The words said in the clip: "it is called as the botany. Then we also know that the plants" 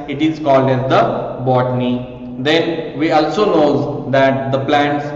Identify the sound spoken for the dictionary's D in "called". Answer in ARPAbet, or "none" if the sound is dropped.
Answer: D